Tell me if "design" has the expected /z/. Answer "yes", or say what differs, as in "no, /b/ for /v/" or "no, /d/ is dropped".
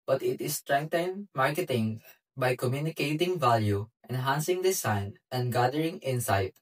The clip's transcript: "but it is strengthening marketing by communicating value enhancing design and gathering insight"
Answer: no, /s/ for /z/